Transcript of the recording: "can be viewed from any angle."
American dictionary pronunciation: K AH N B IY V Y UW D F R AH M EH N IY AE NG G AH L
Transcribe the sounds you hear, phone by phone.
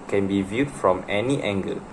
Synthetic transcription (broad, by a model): K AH N B IY V Y UW D F R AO M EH N IY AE NG G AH